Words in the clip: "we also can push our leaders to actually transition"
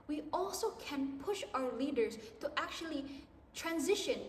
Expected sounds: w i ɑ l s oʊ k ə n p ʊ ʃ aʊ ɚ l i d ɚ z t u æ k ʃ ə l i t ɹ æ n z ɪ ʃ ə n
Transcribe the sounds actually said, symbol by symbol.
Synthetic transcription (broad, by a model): w i ɑ l s oʊ k ə n p ʊ ʃ aʊ ɚ l i d ɚ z t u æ k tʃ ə l i t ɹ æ n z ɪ ʃ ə n